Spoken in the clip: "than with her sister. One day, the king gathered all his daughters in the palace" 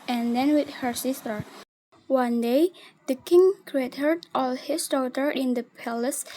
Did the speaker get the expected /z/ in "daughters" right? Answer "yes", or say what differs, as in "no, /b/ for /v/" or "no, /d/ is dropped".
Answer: no, /z/ is dropped